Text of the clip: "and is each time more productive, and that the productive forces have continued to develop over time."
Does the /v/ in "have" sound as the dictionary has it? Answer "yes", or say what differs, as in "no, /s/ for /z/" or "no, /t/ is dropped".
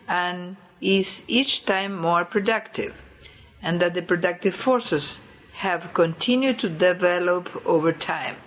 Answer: yes